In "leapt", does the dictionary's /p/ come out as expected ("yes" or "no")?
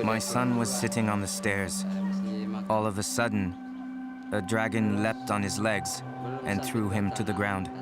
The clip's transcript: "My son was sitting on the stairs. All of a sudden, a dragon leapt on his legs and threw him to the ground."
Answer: yes